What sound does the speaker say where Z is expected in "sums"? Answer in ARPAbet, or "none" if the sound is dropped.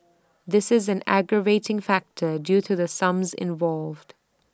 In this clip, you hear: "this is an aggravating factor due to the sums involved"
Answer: Z